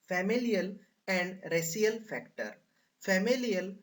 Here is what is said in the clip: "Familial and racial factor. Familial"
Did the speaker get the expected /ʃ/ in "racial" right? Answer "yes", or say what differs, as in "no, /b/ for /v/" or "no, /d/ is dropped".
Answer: no, /s/ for /ʃ/